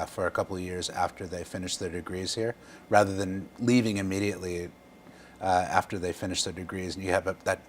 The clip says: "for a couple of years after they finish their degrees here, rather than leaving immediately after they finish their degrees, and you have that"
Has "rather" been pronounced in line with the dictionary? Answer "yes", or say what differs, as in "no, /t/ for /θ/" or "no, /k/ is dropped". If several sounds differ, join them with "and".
yes